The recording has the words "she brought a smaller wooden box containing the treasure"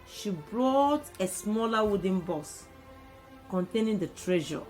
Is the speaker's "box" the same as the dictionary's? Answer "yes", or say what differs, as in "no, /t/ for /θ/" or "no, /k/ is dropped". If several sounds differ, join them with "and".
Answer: no, /k/ is dropped